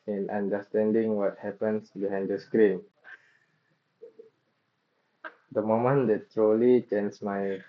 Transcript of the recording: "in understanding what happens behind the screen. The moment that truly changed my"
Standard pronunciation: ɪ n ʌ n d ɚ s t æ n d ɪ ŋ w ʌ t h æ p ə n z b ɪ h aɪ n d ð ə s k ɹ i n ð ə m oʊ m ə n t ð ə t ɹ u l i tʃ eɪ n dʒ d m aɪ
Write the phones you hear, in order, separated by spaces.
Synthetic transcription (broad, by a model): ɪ n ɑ n d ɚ s t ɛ n d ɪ ŋ w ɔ t h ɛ p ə n s b ɪ h aɪ n d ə s k ɹ i n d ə m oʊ m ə n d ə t ɹ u l i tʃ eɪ n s m aɪ